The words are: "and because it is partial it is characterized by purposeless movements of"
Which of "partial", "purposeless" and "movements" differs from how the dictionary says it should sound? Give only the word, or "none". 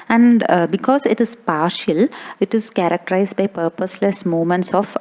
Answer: movements